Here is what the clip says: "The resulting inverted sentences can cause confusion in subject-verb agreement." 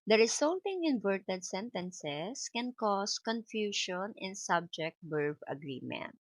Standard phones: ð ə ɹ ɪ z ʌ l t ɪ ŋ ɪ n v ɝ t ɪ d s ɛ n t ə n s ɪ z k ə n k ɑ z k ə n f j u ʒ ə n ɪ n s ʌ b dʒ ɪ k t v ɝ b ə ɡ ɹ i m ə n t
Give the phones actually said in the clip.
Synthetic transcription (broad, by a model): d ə ɹ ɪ s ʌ l t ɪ ŋ ɪ n v ɝ t ɪ d s ɛ n t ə n s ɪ s k ə n k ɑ s k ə n f j u ʃ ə n ɪ n s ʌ b dʒ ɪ k t b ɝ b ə ɡ ɹ i m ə n t